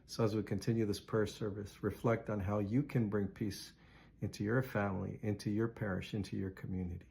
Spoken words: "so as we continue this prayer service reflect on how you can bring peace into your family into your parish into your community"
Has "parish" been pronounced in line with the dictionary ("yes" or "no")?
yes